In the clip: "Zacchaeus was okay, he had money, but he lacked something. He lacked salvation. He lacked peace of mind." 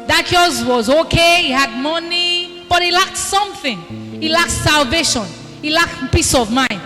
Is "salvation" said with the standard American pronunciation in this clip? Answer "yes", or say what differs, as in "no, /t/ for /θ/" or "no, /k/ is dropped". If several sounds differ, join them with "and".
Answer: yes